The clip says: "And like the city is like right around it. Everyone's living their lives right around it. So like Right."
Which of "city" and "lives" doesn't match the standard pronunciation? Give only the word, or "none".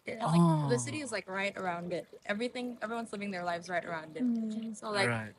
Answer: none